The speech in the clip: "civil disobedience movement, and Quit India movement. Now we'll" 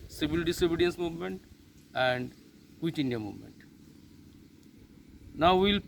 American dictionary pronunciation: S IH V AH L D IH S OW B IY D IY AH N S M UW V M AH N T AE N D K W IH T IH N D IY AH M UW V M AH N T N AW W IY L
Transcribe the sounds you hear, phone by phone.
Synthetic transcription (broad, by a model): S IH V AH L D IH S OW B IY D IY AH N S M UW V M AH N T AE N D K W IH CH IH N D IY AH M UW V M AH N T N AW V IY L